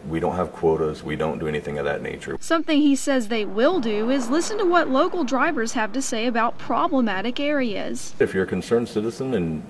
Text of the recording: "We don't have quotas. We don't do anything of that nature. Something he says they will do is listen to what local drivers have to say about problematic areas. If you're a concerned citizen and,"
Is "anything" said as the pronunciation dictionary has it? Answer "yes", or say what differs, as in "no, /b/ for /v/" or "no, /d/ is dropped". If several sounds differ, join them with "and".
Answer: yes